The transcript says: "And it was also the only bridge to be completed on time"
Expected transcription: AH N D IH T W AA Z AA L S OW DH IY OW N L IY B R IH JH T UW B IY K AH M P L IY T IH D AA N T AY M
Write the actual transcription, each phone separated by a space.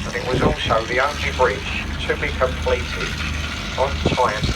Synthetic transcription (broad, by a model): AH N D IH T W AA Z AA L S OW DH IY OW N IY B R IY CH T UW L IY K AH M P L IY T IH AH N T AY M